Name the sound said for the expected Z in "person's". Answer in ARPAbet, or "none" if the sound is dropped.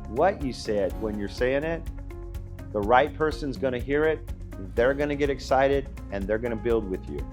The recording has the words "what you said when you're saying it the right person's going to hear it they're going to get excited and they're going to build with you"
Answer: Z